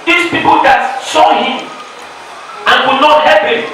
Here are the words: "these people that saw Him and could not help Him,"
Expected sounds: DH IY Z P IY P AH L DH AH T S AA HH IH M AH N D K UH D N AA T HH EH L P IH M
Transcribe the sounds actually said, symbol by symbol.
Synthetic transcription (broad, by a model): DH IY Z P IY P AH L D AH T S AA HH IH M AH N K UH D N AA T HH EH P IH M